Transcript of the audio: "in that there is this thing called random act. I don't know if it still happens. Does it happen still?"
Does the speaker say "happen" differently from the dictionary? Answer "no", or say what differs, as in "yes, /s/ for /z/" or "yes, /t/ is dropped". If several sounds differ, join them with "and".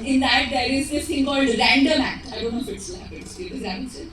yes, /p/ is dropped